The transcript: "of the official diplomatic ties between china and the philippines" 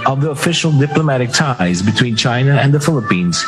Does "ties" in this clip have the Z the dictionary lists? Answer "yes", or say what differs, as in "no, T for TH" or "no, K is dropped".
yes